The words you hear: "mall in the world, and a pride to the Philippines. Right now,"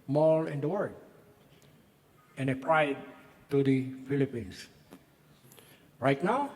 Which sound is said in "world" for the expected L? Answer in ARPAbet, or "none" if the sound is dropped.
none